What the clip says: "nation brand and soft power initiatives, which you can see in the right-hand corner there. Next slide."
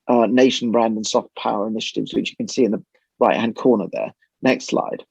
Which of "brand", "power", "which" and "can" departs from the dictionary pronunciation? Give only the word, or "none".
none